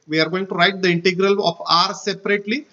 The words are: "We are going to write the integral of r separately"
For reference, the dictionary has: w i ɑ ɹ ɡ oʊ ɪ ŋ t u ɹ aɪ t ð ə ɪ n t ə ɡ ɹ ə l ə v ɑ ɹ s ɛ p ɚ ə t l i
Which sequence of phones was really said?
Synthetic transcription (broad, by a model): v i ɑ ɹ ɡ oʊ ɪ ŋ t u ɹ aɪ t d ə ɪ n t ə ɡ ɹ ə l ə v ɑ ɹ s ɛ p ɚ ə t l i